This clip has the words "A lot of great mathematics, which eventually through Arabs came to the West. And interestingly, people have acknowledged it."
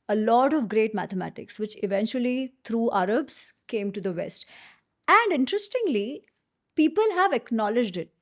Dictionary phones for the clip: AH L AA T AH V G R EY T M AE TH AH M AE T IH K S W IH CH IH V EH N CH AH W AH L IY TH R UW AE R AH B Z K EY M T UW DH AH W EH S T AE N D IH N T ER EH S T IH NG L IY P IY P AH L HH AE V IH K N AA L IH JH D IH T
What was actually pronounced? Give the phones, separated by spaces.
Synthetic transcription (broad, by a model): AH L AA T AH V G R EY T M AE T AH M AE T IH K S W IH CH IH V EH N CH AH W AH L IY T R UW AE R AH B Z K EY M T UW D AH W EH S T AE N D IH N T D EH S T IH NG L IY P IY P AH L HH AE V IH K N AA L IH JH D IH T